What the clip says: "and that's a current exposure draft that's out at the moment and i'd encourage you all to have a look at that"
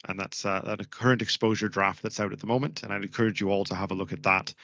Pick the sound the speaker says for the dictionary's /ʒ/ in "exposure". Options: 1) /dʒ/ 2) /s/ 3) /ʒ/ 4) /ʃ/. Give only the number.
3